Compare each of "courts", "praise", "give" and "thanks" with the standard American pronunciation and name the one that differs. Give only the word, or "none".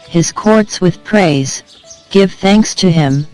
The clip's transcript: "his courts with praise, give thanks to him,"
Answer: none